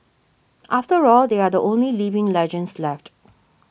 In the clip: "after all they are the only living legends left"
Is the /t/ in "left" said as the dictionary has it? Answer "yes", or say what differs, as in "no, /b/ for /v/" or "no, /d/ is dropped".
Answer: yes